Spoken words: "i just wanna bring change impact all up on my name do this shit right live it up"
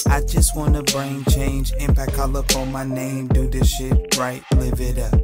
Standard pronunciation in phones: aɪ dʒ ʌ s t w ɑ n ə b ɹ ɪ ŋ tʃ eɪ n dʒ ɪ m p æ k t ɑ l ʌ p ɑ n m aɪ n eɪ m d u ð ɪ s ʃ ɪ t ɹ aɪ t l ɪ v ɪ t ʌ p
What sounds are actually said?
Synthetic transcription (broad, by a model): aɪ dʒ ʌ s t w ɑ n ə b ɹ ɪ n tʃ eɪ n dʒ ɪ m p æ k ɑ l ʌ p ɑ m aɪ n eɪ m d u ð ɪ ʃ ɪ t ɹ aɪ t l ɪ v ɪ t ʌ